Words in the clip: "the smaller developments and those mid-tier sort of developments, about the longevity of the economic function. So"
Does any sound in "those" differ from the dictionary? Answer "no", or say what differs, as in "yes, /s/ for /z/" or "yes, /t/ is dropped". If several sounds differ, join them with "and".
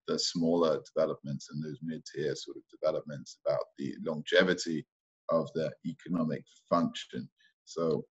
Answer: no